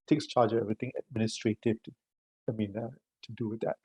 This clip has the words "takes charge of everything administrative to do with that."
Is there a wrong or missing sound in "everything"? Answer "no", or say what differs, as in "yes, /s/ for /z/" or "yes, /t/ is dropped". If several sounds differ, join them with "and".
yes, /t/ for /θ/